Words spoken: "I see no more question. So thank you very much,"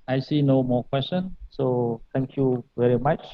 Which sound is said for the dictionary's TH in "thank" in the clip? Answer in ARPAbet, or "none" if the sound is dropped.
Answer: T